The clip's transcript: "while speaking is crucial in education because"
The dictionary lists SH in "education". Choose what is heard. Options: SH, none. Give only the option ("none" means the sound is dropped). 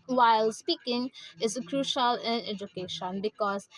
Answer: SH